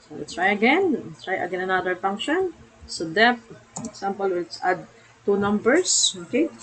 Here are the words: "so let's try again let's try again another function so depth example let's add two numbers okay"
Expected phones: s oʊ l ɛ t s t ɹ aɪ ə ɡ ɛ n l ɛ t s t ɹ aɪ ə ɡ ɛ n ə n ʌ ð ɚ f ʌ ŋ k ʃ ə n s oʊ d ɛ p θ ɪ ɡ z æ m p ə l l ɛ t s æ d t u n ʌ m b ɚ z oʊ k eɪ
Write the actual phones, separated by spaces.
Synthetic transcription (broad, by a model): s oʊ l ɛ t s t ɹ aɪ ə ɡ ɛ n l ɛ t s t ɹ aɪ ə ɡ ɛ n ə n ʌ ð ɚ f ʌ ŋ k ʃ ə n s oʊ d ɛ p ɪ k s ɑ m p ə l l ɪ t s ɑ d t u n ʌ m b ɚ s oʊ k eɪ